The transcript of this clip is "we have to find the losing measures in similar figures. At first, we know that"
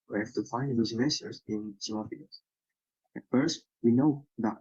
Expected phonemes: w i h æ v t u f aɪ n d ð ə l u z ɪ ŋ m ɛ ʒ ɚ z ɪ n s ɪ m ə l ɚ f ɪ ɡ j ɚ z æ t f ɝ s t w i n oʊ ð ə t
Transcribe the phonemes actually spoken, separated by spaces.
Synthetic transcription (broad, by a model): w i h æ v t u f aɪ n d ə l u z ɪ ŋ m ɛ s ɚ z ɪ n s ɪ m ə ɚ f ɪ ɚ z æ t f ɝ s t w i n oʊ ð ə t